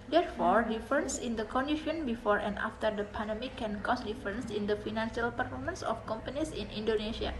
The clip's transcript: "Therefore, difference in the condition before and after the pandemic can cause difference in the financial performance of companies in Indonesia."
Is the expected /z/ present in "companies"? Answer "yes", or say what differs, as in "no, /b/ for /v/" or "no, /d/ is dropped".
no, /s/ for /z/